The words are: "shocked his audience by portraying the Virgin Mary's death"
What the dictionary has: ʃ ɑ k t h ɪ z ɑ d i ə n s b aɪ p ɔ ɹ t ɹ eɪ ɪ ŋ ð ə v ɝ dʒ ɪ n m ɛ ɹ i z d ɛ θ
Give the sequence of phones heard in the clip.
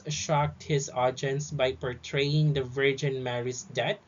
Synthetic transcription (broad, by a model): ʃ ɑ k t h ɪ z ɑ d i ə n s b aɪ p ɔ ɹ t ɹ eɪ ɪ ŋ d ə v ɝ dʒ ɪ n m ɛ ɹ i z d ɛ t